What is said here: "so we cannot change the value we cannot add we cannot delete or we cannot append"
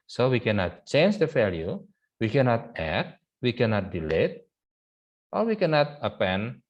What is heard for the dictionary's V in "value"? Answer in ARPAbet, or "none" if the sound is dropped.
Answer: F